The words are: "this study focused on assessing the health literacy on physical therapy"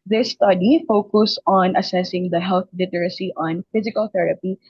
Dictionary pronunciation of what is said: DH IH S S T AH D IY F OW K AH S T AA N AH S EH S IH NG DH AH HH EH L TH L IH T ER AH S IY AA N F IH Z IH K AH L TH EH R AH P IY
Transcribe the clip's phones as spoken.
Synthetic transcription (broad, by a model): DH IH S S T AH D IY F OW K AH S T AA N AH S EH S IH NG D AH HH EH L T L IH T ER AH S IY AA N F IH Z IH K AH L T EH R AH P IY